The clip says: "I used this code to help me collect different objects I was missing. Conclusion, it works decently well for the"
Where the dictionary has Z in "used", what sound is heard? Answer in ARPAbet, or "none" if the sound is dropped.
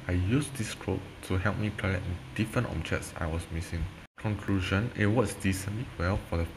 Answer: S